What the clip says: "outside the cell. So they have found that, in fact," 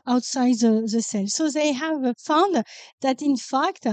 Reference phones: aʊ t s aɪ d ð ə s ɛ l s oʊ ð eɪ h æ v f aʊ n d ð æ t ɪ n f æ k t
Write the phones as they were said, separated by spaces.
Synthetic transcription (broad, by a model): aʊ t s aɪ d ð ə s ɛ l s oʊ ð eɪ h æ v f aʊ n d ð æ t ɪ n f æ k t